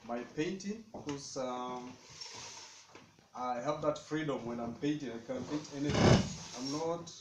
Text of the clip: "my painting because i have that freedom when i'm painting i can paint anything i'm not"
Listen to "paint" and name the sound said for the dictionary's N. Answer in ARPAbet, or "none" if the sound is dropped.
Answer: none